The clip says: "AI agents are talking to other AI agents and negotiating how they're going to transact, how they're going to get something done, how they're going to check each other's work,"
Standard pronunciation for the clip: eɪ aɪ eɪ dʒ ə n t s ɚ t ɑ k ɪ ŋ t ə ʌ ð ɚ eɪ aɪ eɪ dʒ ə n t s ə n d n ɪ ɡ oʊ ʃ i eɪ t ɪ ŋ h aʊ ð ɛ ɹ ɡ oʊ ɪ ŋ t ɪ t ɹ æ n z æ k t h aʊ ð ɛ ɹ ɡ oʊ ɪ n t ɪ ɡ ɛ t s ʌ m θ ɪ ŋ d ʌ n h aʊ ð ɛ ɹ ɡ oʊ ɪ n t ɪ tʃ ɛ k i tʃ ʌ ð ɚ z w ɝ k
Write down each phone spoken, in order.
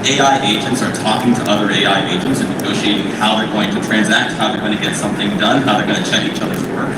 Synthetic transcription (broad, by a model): eɪ aɪ eɪ dʒ ə n t s ɚ t ɑ k ɪ ŋ t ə ʌ ð ɚ eɪ aɪ eɪ dʒ ə n t s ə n n ɪ ɡ oʊ ʃ i eɪ t ɪ ŋ h aʊ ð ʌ ɹ ɡ oʊ ɪ ŋ t ɪ t ɹ æ n z æ k t h aʊ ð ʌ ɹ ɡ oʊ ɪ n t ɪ ɡ ɛ t s ʌ m θ ɪ ŋ d ʌ n h aʊ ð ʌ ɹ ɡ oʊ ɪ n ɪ tʃ ɛ k i tʃ ʌ ð ɚ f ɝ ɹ